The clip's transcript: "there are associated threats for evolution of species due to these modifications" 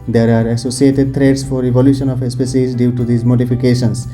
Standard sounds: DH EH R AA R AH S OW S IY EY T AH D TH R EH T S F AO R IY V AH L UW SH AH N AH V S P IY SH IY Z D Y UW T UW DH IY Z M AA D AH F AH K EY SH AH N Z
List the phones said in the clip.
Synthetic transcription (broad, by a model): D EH R AA R AH S OW S IY EY T AH D T R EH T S F AO R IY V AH L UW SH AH N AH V S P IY S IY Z D Y UW T UW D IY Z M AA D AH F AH K EY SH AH N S